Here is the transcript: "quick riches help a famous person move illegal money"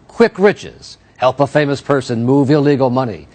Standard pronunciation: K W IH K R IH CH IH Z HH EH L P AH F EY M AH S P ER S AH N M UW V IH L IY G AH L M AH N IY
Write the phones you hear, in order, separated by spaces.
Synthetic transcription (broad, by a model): K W IH K R IH CH IH Z HH EH L P AH F EY M AH S P ER S AH N M UW V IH L IY G L M AH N IY